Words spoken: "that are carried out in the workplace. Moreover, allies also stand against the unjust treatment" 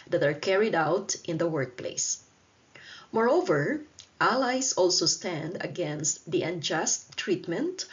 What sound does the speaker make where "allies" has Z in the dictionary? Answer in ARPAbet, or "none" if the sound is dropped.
S